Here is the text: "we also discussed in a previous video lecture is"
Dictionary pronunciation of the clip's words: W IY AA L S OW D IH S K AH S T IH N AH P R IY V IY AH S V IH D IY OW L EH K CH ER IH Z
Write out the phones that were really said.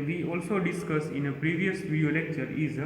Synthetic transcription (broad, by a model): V IY AA L S OW D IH S K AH S IH N AH P R IY V IY AH S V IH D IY OW L EH K CH ER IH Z